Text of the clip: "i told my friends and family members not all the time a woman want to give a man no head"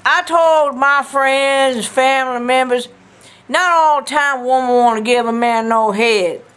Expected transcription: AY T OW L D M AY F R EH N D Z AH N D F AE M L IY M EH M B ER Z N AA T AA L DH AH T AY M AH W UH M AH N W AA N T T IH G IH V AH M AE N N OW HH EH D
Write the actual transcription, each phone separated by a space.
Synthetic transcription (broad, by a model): AY T OW L D M AY F R EH N D Z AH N F AE M L IY M EH M B ER Z N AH T AA L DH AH T AY M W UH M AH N W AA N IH G IH V AH M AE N N OW HH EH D